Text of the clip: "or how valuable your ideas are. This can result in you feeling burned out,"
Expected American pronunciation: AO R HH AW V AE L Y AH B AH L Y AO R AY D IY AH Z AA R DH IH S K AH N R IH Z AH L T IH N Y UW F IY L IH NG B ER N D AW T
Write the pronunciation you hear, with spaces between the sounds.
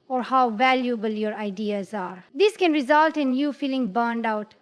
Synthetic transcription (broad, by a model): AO R HH AW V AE L Y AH B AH L Y AO R AY D IY AH Z AA R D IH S K AH N R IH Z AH L T IH N Y UW F IY L IH NG B ER N D AW T